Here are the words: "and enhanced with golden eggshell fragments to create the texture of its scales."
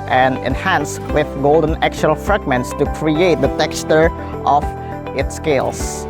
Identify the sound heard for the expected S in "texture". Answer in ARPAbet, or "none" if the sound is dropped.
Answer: S